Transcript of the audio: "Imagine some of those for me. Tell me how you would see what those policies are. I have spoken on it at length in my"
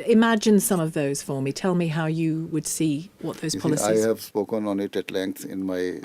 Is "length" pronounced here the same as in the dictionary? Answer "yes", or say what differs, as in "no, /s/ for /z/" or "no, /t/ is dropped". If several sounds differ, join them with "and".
no, /s/ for /θ/